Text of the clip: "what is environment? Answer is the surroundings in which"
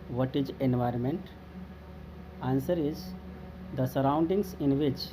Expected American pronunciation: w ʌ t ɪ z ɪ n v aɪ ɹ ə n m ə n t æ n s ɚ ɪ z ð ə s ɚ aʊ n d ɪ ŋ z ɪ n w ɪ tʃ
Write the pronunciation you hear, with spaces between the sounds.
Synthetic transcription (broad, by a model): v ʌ t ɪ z ɪ n v aɪ ɹ ə n m ə n t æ n s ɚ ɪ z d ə s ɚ aʊ n d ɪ ŋ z ɪ n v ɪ tʃ